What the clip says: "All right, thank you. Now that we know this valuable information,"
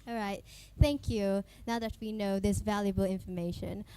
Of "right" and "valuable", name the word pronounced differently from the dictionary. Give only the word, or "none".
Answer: none